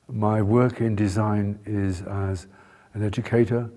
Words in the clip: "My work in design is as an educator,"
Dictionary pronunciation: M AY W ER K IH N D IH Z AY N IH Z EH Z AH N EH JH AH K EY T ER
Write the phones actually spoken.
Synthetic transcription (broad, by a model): M AY W ER K IH N D IH Z AY N IH Z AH Z AH N EH JH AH K EY T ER